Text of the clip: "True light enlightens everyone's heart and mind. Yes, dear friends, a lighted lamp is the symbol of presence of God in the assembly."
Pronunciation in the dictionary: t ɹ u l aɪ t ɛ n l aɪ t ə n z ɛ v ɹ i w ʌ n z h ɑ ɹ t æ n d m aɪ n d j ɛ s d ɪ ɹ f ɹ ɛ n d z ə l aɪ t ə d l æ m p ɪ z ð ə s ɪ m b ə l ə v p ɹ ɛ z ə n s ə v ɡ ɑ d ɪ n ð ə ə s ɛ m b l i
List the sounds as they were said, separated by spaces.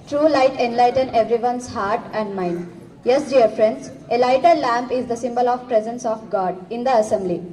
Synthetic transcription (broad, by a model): t ɹ u l aɪ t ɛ n l aɪ t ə n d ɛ v ɹ i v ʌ n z h ɑ ɹ t æ n d m aɪ n d j ɛ s d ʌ ɹ f ɹ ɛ n d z ə l aɪ t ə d l æ m p ɪ z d ə s ɪ m b ə l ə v p ɹ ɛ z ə n s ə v ɡ ɑ d ɪ n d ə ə s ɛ m b l i